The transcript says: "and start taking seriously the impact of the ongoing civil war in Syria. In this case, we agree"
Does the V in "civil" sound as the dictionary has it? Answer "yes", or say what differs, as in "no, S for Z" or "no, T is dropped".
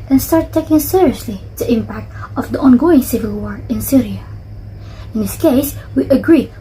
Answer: yes